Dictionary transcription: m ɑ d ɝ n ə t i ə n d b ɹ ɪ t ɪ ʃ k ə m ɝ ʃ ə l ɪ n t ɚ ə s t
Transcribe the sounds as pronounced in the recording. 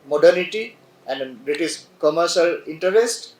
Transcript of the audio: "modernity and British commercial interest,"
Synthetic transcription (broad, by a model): m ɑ d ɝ n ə t i ə n d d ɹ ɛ t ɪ s k ə m ɝ ʃ ə l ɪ n t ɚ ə s t